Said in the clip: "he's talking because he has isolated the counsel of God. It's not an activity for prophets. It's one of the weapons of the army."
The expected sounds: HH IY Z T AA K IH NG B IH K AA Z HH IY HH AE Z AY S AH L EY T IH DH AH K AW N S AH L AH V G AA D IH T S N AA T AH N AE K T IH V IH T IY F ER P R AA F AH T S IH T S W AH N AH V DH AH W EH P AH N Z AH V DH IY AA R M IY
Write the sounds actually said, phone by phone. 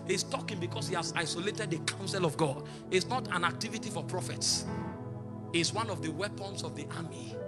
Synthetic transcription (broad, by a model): HH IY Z T AA K IH NG B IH K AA S HH IY HH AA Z AY S AH L EY T IH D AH K AW N S AH L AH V G AA D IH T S N AA T AH N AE K T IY V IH T IY F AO P R AA F AH T S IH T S W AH N AH V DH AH W EH P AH N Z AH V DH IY AA M IY